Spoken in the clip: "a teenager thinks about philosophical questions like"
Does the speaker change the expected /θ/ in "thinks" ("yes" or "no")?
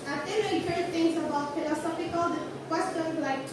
yes